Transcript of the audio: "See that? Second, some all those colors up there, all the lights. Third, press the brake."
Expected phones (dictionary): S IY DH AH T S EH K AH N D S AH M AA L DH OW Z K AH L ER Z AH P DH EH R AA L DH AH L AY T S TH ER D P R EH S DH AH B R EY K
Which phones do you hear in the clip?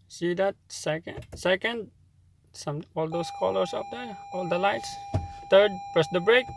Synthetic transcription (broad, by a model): S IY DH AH T S EH K AH N D S AH M AA L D OW S K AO L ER S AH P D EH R AA L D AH L AY T S T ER D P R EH S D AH B R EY K